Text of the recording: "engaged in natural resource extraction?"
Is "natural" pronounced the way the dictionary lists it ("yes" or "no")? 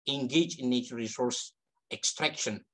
no